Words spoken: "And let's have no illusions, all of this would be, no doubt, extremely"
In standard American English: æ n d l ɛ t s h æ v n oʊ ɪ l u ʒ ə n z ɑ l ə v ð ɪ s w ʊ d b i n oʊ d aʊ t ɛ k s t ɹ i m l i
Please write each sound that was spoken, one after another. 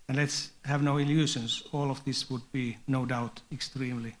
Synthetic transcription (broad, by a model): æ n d l ɛ t s h æ v n oʊ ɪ l u ʃ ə n s ɑ l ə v ð ɪ s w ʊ d b i n oʊ d aʊ t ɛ k s t ɹ i m l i